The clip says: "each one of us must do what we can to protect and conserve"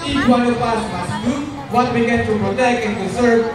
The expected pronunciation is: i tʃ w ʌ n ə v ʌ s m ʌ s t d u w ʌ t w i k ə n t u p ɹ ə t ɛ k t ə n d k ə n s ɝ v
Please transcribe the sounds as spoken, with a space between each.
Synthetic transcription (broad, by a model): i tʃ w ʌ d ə p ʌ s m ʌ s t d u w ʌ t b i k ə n t u p ɹ ə t ɛ k t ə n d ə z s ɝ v